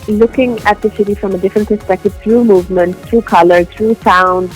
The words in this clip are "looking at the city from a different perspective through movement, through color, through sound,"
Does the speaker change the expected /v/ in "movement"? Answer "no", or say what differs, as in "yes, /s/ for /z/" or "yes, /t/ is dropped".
no